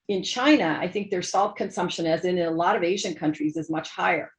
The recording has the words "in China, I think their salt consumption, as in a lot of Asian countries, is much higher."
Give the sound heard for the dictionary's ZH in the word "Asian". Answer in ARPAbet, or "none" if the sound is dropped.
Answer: ZH